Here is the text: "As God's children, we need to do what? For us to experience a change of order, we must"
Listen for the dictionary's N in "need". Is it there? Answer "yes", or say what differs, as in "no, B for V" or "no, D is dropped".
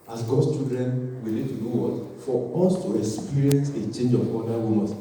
no, L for N